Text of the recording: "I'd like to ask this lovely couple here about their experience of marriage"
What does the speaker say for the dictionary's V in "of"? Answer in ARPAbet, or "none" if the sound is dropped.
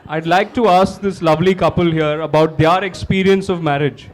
V